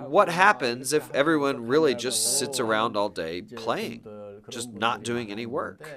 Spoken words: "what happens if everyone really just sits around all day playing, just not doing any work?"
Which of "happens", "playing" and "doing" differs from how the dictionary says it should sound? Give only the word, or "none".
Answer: none